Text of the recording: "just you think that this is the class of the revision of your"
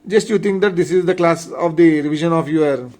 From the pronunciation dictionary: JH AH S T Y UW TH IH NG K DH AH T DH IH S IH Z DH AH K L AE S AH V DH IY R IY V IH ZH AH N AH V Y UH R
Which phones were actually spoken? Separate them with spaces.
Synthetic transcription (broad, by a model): JH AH S T Y UW T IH NG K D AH T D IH S IH Z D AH K L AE S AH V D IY R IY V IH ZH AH N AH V Y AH R